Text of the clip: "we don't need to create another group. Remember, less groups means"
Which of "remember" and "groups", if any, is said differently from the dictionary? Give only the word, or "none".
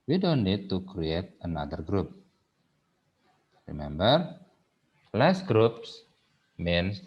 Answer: none